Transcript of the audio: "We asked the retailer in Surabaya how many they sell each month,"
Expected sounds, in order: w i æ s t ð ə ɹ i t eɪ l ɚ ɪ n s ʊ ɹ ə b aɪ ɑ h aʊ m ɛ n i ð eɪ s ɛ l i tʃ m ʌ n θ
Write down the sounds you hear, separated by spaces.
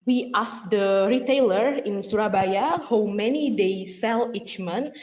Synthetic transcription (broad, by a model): w i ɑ s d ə ɹ i t eɪ l ɚ ɪ n s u ɹ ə b aɪ ɑ h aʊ m ɛ n i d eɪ s ɛ l i tʃ m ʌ n